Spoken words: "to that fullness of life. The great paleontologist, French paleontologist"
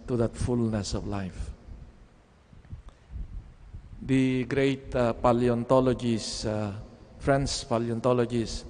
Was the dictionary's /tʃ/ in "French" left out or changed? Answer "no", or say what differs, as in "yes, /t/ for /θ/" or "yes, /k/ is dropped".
yes, /s/ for /tʃ/